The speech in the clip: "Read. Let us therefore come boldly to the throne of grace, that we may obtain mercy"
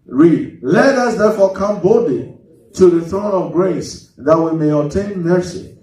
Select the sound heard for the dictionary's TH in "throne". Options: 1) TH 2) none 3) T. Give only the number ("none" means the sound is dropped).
1